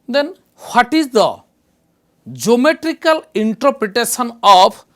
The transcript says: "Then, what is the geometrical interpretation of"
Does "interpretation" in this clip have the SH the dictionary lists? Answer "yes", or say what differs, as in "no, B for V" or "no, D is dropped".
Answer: no, S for SH